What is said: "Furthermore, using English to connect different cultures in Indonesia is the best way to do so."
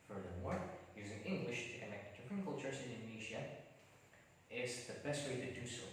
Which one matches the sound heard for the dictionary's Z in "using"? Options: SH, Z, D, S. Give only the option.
Z